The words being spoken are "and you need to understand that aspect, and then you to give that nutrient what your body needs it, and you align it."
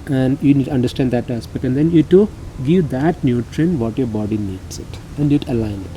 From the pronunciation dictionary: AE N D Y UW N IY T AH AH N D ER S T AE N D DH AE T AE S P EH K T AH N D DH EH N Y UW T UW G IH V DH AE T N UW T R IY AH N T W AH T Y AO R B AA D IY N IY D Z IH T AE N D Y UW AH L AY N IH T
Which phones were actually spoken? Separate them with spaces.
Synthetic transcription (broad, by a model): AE N D Y UW N IY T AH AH N D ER S T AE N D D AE T AE S P EH K T AH N D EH N Y UW T UW G IH V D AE T N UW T R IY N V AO T Y AO R B AA D IY N IY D S IH T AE N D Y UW AH L AY N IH T